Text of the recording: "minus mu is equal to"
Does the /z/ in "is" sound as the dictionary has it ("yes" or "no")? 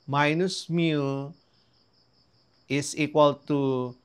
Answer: no